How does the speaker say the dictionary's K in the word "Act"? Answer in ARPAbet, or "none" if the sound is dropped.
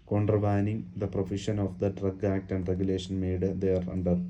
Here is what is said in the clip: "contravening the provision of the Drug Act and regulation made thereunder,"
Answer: K